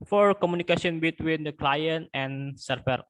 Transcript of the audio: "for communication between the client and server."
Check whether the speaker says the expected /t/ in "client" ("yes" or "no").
yes